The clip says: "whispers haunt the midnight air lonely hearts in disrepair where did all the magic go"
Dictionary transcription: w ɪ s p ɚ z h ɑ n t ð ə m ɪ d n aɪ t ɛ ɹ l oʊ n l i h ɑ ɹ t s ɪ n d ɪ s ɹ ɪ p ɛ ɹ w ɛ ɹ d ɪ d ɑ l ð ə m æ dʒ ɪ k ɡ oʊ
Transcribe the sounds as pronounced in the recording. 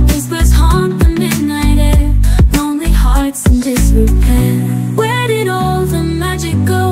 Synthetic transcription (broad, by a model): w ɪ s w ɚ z h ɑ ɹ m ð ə m ɪ d n aɪ t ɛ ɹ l oʊ n l i h ɑ ɹ t s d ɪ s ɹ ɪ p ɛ w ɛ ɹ d ɪ d ɑ l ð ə m æ dʒ ɪ k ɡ oʊ